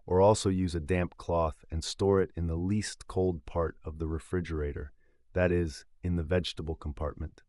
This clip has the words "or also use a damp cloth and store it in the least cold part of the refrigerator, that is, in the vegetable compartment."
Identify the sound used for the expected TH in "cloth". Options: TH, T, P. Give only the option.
TH